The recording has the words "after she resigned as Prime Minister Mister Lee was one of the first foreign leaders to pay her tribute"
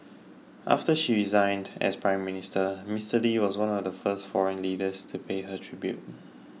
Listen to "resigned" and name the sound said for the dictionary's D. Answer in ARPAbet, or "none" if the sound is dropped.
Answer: D